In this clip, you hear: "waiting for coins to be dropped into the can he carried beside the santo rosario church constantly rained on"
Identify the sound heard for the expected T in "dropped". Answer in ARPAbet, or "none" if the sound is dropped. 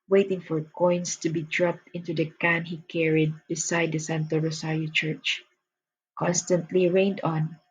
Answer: T